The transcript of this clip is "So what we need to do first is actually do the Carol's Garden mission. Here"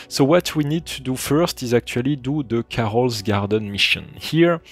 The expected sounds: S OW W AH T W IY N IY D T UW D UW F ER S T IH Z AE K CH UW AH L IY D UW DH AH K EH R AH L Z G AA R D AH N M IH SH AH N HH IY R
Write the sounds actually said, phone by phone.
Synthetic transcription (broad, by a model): S OW W AH T W IY N IY D T UW D UW F ER S T IH Z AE K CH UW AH L IY D UW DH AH K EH R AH L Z G AA R D AH N M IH SH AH N HH IY R